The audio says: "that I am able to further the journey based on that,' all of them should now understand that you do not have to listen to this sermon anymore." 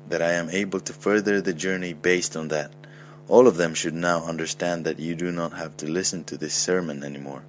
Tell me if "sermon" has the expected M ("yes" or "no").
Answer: yes